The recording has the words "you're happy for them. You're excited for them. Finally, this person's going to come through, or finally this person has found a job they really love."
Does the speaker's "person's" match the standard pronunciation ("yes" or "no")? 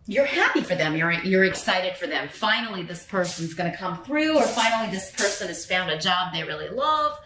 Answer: yes